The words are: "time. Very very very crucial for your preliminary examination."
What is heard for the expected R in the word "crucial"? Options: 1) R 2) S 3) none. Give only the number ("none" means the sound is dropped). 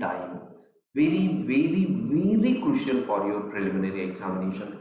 3